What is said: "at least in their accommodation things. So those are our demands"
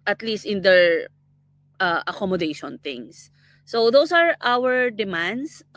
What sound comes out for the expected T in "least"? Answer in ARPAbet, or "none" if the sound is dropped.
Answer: T